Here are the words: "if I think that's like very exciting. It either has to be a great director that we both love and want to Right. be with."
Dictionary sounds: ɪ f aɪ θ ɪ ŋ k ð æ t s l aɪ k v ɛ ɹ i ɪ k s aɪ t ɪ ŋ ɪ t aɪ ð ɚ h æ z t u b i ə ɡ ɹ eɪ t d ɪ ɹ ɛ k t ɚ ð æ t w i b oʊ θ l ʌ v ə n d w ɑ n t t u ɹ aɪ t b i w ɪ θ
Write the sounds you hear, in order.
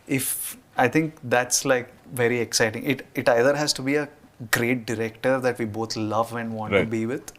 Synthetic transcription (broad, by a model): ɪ f aɪ t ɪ ŋ k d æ t s l aɪ k v ɛ ɹ i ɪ k s aɪ t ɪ ŋ ɪ t aɪ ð ɚ h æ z t u b i ə ɡ ɹ eɪ t d ɪ ɹ ɛ k t ɚ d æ t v i b oʊ t l ʌ v ə n d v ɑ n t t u b i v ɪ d